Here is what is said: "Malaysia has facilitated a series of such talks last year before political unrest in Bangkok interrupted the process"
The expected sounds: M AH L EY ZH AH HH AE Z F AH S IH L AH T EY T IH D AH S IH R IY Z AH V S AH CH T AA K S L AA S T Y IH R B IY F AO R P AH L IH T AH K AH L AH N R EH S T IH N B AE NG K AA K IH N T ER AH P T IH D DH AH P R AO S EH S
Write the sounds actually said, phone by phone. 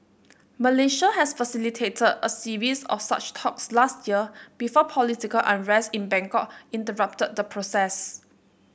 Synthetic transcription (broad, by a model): M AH L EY SH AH HH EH S F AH S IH L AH T EY T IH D AH S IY R IY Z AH F S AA CH T AA K S L AA S T Y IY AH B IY F AO P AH L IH T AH K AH L AH N R EH S T IH N B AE NG K AA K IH N T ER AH P T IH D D AH P R AO S EH S